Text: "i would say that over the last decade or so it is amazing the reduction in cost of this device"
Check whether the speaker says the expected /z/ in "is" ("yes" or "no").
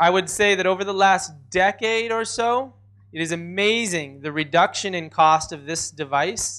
yes